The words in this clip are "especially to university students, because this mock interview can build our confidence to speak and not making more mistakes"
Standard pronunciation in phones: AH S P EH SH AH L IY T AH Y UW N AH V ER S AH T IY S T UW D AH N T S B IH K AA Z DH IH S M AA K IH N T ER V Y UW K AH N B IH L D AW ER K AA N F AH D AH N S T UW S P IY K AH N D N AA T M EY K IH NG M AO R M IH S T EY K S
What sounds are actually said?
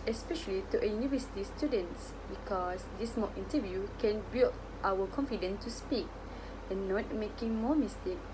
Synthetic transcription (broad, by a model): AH S P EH SH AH L IY T AH Y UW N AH V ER S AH T IY S T UW D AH N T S B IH K AA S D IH S M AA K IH N T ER V Y UW K AH N B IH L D AW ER K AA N F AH D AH N T UW S P IY K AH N N AA T M EY K IH NG M AO M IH S T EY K